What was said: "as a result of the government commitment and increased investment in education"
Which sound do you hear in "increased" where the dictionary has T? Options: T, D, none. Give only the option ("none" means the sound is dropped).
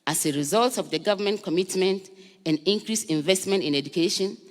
none